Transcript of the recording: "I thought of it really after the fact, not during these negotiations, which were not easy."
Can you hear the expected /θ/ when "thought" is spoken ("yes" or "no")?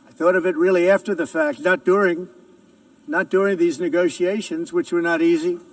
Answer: yes